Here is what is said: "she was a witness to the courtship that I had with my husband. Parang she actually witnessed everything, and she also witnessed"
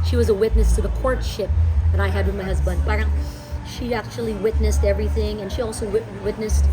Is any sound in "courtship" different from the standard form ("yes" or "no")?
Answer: no